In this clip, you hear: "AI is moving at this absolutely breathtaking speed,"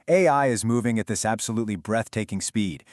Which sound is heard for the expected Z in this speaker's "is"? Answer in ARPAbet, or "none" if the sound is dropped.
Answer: Z